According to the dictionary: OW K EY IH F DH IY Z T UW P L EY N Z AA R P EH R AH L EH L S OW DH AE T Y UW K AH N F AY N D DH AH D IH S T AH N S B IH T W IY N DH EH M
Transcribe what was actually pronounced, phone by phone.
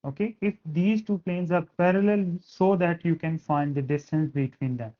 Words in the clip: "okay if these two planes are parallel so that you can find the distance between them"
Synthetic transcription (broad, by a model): OW K EY IH F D IY Z T UW P L EY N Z AA R P EH R AH L EH L S OW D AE T Y UW K AH N F AY N D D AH D IH S T AH N S B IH T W IY N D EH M